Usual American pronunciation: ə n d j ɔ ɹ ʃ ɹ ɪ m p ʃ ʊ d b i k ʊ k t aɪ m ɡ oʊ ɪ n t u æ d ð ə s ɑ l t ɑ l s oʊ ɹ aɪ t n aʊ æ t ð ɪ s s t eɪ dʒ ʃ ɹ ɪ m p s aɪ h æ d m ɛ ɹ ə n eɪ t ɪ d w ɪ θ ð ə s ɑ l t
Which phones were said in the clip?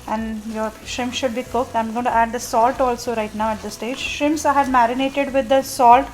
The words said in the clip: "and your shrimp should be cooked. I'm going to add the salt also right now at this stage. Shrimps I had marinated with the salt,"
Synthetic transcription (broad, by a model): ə n d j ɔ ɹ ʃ ɪ m ʃ ʊ d b i k ʊ k t aɪ m ɡ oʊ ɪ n t u æ d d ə s ɑ l t ɑ l s oʊ ɹ aɪ t n aʊ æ t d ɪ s s t eɪ dʒ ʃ ɪ m s aɪ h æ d m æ ɹ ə n eɪ t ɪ d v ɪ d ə s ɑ l t